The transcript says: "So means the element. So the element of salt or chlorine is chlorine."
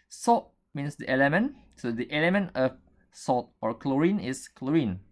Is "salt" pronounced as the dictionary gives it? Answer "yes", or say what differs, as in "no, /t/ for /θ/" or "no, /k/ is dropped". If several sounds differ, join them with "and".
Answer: no, /l/ is dropped